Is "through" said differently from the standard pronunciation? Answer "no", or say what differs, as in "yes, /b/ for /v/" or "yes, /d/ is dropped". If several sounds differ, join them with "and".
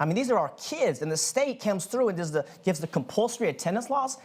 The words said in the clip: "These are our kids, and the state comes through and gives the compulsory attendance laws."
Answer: no